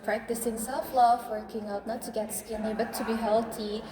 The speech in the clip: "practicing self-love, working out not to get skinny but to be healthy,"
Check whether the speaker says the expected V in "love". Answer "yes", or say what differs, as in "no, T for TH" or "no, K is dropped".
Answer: no, F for V